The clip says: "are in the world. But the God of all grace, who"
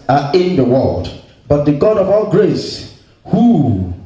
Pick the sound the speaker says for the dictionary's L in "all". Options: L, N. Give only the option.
L